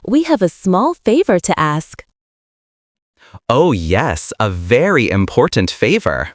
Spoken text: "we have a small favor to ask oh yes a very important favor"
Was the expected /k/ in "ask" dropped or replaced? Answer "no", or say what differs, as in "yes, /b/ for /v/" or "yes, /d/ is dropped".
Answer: no